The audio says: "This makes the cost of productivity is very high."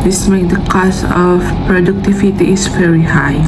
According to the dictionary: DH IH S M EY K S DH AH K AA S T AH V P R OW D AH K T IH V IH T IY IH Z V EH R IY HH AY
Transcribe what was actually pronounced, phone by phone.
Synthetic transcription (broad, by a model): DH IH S M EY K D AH K AA S T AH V P R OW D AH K T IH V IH T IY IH S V EH R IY HH AY